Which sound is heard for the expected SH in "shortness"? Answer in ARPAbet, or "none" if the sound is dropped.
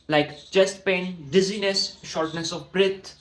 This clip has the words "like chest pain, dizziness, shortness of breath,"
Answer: SH